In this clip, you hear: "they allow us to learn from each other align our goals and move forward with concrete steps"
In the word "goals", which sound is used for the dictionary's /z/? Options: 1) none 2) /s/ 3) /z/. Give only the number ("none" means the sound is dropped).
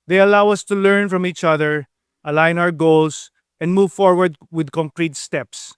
2